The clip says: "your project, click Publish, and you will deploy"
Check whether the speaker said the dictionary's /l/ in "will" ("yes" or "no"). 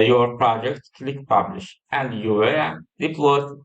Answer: no